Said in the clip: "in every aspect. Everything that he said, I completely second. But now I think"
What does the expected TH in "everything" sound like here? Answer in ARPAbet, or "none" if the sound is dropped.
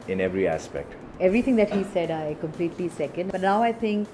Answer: T